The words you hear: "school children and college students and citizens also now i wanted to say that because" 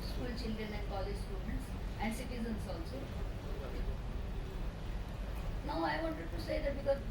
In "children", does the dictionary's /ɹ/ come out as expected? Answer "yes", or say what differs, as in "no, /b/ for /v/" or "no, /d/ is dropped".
no, /ɹ/ is dropped